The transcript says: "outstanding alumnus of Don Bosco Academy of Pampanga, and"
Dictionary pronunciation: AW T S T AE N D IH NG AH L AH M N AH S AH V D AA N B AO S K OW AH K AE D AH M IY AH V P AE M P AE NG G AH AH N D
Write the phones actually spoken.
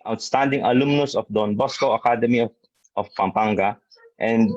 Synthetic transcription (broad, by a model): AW T S T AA N D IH NG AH L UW M N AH S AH F D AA N B AO S K OW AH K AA D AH M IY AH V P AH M P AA NG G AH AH N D